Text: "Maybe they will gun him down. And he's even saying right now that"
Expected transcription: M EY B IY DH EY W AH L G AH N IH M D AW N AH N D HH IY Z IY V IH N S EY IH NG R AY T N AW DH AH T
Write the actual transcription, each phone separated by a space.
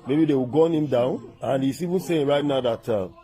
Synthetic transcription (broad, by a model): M EY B IY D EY W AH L G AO N IH M D AW N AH N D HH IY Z IY V IH N S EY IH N R AY T N AW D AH T